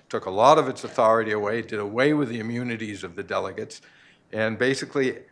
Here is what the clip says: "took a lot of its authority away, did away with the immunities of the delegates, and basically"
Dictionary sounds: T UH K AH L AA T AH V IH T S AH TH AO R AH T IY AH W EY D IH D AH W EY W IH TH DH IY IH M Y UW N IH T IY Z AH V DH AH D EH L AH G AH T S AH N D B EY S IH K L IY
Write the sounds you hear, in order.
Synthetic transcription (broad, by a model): T UH K AH L AA T AH V IH T S AH TH AO R AH T IY AH W EY D IH D AH W EY W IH DH IY IH M Y UW N IH T IY Z AH V DH AH D EH L AH G AH T S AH N B EY S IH K L IY